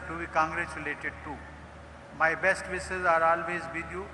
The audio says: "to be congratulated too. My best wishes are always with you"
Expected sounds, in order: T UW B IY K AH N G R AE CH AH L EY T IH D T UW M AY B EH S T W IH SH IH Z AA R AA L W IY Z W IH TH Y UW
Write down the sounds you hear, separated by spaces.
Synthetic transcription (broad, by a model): T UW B IY K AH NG G R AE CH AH L EY T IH D T UW M AY B EH S T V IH S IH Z AA R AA L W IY Z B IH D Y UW